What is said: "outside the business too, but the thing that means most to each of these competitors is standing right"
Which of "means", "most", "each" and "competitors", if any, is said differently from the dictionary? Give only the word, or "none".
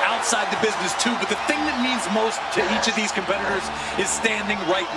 none